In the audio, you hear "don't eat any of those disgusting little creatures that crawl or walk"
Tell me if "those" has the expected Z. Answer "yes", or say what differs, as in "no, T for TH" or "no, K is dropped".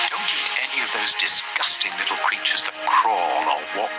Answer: yes